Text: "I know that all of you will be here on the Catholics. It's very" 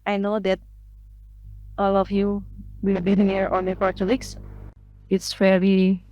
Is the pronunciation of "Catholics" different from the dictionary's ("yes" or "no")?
yes